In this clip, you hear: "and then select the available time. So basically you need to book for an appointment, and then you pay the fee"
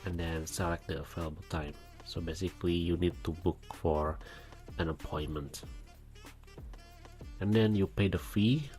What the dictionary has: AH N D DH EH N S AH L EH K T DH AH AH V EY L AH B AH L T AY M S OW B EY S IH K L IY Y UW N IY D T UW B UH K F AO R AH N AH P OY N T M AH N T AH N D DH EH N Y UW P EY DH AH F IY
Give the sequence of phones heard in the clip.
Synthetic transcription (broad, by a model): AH N D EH N S AH L EH K T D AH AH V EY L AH B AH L T AY M S OW B EY S IH K L IY Y UW N IY D T UW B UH K F AO R AH N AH P OY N M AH N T AH N D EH N Y UW P EY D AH F IY